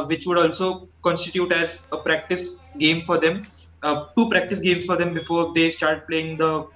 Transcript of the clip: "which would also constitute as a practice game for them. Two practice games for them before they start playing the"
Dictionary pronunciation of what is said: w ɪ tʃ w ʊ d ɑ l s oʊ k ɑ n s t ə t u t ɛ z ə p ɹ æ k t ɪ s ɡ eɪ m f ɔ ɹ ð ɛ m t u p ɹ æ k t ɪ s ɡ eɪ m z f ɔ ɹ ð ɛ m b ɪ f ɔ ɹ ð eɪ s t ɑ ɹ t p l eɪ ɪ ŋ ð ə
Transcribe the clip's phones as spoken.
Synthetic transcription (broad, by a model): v ɪ tʃ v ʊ d ɑ l s oʊ k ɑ n s t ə t u t ɛ z ə p ɹ æ k t ɪ s ɡ eɪ m f ɔ ɹ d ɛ m t u p ɹ æ k t ɪ s ɡ eɪ m s f ɔ ɹ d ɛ m b ɪ f ɔ ɹ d eɪ s t ɑ ɹ t p l eɪ ɪ ŋ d ə